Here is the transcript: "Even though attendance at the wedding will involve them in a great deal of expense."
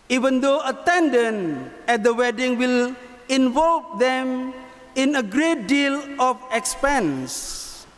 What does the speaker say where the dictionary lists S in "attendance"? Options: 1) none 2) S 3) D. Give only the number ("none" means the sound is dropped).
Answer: 1